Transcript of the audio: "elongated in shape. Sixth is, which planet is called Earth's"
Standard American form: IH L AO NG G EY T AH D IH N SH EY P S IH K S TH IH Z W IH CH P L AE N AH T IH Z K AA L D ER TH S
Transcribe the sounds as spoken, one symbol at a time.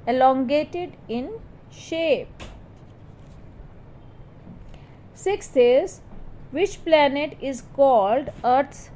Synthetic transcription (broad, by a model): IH L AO NG G EY T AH D IH N SH EY P S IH K S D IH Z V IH CH P L AE N AH T IH Z K AA L D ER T